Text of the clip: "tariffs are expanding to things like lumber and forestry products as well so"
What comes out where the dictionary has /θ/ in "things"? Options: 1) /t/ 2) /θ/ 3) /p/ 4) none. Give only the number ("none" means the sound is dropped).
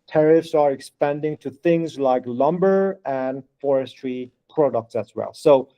2